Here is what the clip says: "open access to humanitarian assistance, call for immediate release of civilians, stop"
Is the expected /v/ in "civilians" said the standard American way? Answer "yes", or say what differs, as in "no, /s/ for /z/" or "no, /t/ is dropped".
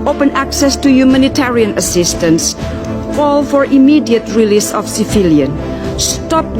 no, /f/ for /v/